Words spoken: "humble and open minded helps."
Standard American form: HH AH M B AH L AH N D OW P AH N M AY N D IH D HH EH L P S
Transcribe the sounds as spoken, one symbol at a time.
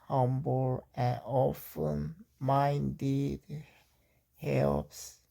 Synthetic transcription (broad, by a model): HH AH M B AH L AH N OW F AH N M AY N D IH D HH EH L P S